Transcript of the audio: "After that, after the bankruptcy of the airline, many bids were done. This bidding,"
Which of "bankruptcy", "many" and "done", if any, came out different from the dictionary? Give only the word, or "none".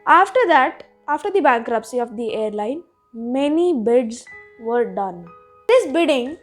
none